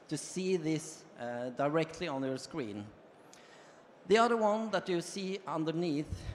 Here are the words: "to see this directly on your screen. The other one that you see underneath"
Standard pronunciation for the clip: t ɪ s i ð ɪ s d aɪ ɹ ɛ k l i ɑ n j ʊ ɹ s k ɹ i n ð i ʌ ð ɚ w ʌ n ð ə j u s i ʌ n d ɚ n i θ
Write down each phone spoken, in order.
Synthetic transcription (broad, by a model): t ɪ s i ð ɪ s d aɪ ɹ ɛ k l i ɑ n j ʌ ɹ s k ɹ i n ð i ʌ ð ɚ w ʌ n ð ə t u s i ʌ n d ɚ n i θ